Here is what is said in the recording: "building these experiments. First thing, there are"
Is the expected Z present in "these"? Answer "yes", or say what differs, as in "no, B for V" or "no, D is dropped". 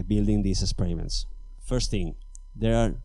no, S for Z